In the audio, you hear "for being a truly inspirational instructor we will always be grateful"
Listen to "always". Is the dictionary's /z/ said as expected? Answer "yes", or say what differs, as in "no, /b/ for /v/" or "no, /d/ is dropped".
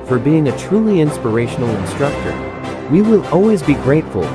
yes